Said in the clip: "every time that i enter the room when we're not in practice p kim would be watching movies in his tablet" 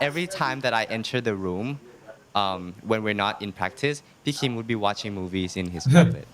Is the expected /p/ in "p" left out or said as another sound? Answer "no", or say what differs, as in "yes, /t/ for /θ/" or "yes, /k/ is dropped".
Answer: yes, /b/ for /p/